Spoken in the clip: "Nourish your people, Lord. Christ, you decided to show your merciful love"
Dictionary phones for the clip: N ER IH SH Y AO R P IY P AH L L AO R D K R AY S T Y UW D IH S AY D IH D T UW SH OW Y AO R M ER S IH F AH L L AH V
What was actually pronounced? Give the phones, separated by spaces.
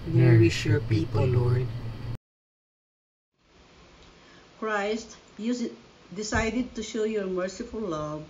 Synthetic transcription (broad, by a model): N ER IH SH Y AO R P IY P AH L L AO R D K R AY S T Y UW D IH S AY D IH D T UW SH OW Y AO R M ER S IH F AH L L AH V